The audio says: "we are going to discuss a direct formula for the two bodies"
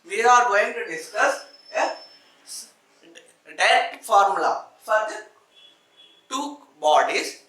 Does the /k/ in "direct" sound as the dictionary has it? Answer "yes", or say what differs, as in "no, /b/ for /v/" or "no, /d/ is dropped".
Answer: no, /k/ is dropped